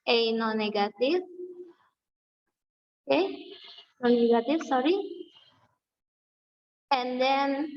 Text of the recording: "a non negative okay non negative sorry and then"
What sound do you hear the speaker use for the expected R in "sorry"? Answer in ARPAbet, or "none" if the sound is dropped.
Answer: R